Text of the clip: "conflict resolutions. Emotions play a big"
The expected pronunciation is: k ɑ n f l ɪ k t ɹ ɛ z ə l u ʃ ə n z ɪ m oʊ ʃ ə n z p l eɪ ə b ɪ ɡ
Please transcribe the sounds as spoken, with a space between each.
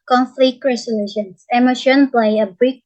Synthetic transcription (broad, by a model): k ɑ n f l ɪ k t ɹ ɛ s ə l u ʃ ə n s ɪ m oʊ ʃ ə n p l eɪ ə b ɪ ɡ